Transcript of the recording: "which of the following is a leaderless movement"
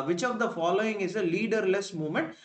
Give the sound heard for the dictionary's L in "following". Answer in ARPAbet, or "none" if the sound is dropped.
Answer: L